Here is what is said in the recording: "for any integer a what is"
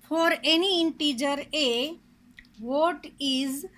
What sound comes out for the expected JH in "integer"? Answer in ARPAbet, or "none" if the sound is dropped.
JH